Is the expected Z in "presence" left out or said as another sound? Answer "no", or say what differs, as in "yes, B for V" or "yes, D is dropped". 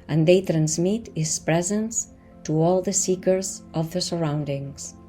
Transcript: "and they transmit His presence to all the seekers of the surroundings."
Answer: no